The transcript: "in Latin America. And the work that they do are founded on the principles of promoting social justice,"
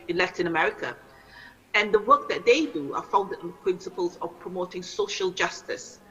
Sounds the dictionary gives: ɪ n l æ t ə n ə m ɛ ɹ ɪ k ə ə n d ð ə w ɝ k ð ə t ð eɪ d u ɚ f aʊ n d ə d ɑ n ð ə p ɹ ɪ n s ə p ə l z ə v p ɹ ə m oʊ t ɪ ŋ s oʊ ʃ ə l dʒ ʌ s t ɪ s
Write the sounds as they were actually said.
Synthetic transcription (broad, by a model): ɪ n l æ t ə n ə m ɛ ɹ ɪ k ə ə n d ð ə w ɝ k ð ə t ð eɪ d u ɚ f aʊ l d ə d ɑ n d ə p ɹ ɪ n s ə p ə l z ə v p ɹ ə m oʊ t ɪ ŋ s oʊ ʃ ə l dʒ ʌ s t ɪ s